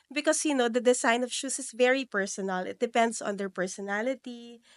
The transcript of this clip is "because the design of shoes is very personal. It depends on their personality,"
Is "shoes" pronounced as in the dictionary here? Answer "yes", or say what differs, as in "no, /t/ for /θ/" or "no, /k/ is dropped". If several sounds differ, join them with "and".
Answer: no, /s/ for /z/